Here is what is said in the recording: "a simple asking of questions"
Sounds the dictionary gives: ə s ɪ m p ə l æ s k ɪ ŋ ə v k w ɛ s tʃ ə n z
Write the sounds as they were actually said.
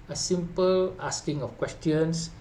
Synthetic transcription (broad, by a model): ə s ɪ m p ə l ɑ s k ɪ ŋ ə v k w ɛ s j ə n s